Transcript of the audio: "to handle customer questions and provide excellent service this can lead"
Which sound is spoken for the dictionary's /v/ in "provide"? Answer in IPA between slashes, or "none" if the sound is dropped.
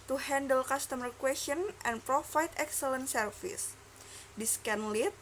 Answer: /f/